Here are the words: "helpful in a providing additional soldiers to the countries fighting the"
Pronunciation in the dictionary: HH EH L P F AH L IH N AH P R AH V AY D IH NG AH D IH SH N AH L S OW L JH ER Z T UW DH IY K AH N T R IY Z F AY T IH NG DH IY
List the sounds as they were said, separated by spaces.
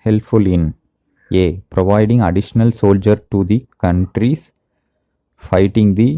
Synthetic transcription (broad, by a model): HH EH L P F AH L IH N AH P R AH V AY D IH NG AH D IH SH N AH L S OW L JH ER T UW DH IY K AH N T R IY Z F AY T IH NG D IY